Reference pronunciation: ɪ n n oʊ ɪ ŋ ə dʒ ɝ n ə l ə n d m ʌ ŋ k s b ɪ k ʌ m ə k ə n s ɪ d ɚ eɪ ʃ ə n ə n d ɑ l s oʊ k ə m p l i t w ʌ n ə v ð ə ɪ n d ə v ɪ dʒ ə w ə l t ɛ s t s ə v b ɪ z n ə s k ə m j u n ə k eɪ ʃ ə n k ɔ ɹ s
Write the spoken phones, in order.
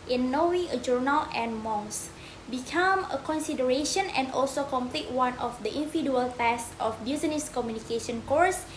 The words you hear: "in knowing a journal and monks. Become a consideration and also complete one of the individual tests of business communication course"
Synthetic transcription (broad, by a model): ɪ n n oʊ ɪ ə dʒ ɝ n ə l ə n m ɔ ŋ s b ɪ k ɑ m ə k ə n s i d ɚ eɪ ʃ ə n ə n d ɑ l s oʊ k ə m p l i t w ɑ n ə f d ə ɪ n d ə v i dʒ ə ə l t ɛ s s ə f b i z n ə s k ə m j u n ə k eɪ ʃ ə n k ɔ ɹ s